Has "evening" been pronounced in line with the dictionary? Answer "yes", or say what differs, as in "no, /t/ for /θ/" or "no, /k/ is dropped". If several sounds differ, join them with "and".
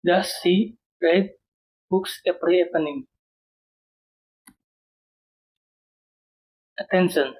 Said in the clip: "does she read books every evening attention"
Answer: no, /p/ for /v/